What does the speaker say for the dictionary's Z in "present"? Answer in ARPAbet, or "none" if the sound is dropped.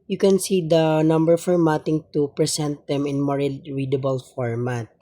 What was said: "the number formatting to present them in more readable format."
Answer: S